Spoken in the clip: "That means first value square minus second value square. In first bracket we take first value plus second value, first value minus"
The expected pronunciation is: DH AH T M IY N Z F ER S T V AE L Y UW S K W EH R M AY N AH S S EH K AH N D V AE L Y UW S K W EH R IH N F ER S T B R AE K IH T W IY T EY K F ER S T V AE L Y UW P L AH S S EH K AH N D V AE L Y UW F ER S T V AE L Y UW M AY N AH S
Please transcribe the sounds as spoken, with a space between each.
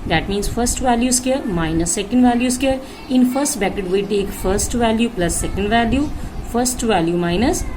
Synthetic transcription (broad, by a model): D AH T M IY N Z F ER S T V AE L Y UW S K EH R M AY N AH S S EH K AH N D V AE L Y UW S K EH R IH N F ER S T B AE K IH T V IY T EY K F ER S T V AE L Y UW P L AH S S EH K AH N D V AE L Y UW F ER S T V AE L Y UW M AY N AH S